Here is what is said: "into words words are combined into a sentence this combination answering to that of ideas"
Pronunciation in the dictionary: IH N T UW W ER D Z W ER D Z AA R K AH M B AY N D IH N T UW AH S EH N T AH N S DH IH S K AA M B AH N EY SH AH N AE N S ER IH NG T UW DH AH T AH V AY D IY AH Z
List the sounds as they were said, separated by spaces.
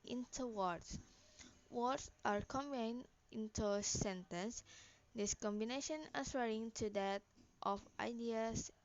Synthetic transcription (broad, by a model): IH N T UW W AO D S W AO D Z AA R K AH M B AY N IH N T UW S EH N T AH N S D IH S K AA M B AH N EY SH AH N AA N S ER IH NG T UW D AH T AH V AY D IY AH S